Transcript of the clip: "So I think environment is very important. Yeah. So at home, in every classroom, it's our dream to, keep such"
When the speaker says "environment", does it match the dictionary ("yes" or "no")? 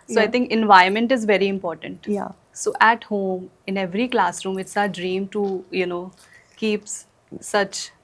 no